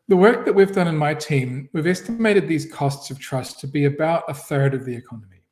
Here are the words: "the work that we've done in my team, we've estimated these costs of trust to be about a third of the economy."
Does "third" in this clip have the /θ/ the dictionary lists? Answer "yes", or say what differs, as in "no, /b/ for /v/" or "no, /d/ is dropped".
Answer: yes